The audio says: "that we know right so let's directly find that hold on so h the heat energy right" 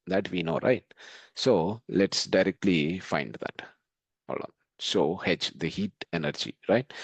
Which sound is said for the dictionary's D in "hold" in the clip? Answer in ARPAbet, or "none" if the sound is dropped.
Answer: none